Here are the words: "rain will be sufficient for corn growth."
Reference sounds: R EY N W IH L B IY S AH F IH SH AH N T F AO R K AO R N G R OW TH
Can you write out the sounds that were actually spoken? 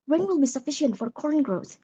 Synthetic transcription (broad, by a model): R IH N W IH L B IY S AH F IH SH AH N T F AO R K AO R N G R OW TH